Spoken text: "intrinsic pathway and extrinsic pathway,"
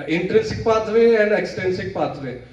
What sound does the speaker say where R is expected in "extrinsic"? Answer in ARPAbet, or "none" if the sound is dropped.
none